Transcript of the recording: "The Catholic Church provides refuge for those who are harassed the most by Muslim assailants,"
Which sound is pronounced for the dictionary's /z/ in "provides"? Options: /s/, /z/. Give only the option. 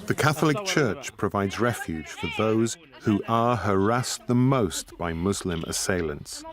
/z/